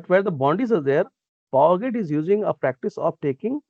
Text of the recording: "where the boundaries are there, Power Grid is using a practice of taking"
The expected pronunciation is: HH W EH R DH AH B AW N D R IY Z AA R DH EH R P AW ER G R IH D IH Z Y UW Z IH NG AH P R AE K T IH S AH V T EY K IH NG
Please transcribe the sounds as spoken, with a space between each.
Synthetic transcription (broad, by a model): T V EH R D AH B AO N D IY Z AA R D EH R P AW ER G IH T IH Z Y UW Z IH NG AH P R AE K T IH S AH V T EY K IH NG